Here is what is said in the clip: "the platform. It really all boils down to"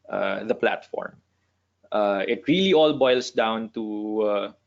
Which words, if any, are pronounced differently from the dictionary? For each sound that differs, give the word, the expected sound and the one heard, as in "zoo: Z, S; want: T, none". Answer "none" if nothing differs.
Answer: boils: Z, S